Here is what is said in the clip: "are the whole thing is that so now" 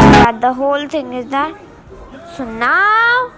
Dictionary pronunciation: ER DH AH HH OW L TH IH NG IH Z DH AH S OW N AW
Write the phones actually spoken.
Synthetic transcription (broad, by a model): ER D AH HH OW L T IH NG IH Z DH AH S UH N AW